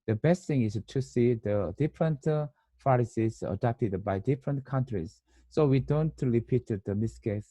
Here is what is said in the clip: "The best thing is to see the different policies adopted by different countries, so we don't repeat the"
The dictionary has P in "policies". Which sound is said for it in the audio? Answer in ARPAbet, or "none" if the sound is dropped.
F